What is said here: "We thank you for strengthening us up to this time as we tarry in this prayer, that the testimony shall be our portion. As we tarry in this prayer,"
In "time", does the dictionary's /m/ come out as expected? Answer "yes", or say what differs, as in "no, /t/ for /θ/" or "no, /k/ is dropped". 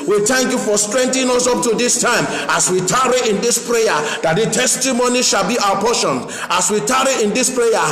yes